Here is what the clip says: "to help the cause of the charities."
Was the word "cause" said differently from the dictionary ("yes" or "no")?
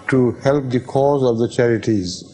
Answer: no